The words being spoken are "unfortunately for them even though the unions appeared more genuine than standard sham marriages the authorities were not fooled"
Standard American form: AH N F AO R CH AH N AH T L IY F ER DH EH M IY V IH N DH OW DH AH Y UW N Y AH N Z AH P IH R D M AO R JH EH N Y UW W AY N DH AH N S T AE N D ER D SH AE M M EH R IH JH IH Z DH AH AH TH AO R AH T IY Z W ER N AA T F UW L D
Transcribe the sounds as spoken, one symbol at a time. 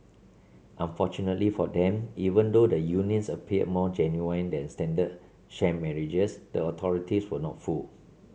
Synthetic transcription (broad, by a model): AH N F AO CH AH N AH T L IY F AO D EH M IY V IH N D OW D AH Y UW N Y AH N S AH P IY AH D M AO JH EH N Y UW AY N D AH N S T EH N D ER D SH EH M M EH R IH JH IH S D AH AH T AO R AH T IY S W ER N AA T F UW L